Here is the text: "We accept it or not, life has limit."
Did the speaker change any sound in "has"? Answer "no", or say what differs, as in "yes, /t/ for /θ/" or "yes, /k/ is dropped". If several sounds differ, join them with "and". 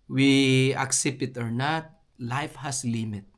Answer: yes, /s/ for /z/